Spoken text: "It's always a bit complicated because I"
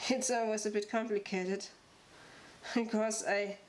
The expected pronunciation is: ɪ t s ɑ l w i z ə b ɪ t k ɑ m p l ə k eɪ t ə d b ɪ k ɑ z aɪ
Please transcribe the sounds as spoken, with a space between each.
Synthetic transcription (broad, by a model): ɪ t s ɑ w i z ə b ɪ t k ɑ m p l ə k eɪ t ə d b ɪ k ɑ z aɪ